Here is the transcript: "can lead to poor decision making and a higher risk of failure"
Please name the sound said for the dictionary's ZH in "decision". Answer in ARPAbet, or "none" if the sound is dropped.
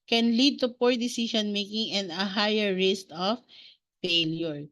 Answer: SH